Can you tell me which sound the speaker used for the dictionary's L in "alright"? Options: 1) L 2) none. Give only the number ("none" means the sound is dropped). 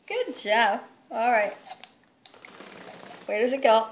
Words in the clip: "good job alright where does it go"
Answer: 1